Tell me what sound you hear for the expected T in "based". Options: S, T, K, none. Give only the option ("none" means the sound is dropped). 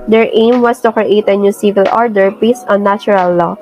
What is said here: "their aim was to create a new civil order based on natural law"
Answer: none